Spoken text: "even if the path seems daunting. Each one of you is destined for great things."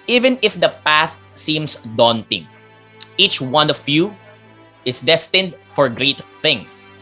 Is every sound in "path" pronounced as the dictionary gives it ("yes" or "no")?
yes